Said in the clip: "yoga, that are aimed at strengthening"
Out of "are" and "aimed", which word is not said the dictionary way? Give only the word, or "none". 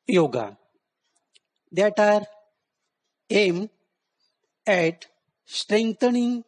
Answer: aimed